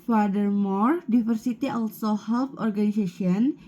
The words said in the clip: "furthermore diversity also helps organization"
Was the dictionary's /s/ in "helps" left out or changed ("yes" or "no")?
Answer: yes